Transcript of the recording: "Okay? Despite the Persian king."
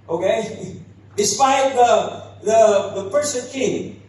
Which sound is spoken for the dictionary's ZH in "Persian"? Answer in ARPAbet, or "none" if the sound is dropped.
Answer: S